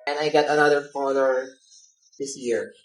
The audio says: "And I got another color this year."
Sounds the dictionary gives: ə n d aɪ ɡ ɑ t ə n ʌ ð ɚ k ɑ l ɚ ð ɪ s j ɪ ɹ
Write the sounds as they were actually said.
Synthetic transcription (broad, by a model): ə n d aɪ ɡ ɑ t ə n ʌ ð ɚ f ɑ n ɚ ð ɪ s j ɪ ɹ